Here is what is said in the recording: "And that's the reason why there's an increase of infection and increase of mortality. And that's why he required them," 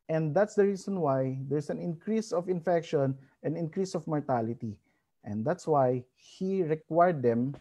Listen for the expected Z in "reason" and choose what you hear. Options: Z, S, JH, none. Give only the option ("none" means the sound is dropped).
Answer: S